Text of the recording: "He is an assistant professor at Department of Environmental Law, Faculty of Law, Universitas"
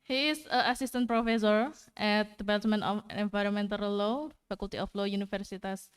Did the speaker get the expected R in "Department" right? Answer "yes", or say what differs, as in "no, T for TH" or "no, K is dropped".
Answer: no, L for R